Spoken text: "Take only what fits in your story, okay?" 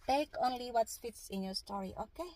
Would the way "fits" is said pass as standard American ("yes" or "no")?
yes